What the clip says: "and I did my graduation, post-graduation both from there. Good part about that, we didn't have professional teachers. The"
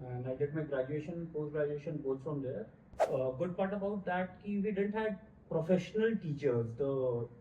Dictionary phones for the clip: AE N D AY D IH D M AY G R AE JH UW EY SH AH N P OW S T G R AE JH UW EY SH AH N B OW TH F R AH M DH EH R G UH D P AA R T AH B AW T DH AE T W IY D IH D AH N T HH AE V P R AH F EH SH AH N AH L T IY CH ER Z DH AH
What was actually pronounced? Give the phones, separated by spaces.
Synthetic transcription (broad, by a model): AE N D AY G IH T M AY G R AE JH UW EY SH AH N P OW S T G R AE JH UW EY SH AH N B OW S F R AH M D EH R G UH D P AA R T AH B AW T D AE T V IY D IH D AH N T HH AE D P R AH F EH SH AH N AH L T IY CH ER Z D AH